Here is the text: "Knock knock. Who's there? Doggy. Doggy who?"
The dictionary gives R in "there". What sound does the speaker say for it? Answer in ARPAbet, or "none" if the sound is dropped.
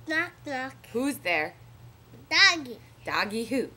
R